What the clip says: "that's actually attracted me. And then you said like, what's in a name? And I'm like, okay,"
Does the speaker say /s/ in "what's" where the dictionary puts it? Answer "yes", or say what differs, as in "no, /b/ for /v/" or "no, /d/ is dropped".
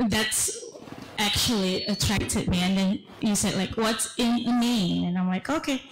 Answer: yes